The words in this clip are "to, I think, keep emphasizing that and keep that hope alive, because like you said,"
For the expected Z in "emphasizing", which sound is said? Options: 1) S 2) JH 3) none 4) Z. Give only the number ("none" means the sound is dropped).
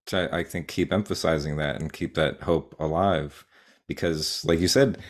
4